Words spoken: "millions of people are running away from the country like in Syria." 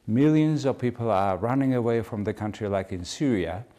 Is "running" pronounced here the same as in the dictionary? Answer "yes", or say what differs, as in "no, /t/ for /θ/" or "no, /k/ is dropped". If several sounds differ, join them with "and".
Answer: yes